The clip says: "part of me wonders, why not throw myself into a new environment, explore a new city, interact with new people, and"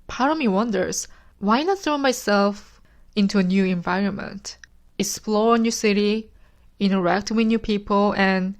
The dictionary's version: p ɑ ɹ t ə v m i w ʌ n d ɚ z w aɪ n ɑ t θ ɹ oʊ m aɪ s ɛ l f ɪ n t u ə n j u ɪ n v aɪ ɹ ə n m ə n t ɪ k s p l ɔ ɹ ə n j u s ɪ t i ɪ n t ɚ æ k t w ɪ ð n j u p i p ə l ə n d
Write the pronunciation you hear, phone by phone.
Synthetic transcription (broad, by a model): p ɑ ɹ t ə m i w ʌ n d ɚ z w aɪ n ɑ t θ ɹ oʊ m aɪ s ɛ l f ɪ n t u ə n j u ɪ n v aɪ ɹ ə n m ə n t ɪ k s p l ɔ ɹ ə n j u s ɪ t i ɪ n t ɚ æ k t w ɪ ð n j u p i p ə l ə n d